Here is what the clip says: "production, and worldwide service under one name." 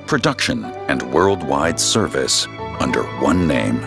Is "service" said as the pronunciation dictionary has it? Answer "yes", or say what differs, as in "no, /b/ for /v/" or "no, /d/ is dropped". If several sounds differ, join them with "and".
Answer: yes